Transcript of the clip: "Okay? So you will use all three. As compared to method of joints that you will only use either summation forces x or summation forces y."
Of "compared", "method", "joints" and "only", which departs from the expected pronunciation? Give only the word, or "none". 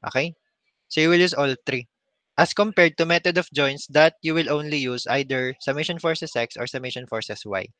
method